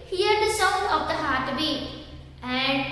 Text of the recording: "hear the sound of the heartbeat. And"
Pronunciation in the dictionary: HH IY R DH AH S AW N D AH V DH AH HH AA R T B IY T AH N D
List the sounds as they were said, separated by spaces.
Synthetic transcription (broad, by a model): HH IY R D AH S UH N AH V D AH HH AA R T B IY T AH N D